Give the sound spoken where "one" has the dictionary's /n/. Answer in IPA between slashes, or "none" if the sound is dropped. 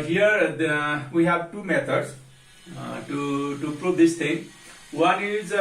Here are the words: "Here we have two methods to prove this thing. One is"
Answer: /n/